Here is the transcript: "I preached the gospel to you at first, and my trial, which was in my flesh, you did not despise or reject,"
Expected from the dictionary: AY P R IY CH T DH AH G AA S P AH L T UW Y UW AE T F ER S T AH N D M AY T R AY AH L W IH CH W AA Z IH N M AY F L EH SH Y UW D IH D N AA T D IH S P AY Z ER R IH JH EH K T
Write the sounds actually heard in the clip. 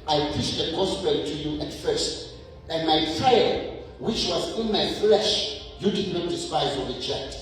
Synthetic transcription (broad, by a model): AY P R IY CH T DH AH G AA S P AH T UW Y UW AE T F ER S T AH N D M AY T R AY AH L W IH CH W AA Z IH N M AY F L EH SH Y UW D IH D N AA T D IH S P AY Z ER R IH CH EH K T